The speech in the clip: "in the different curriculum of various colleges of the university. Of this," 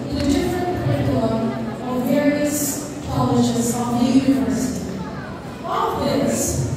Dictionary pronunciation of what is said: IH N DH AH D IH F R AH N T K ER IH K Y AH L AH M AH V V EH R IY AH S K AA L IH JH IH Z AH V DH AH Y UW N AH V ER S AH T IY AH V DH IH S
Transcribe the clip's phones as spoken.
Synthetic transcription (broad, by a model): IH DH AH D IH F R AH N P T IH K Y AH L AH AH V V EH R IY AH S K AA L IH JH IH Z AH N DH AH Y UW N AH V ER S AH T IY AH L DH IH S